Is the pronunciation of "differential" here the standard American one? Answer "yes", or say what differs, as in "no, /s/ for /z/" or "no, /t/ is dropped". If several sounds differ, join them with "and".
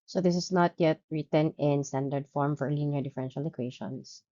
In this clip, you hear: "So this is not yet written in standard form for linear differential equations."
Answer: yes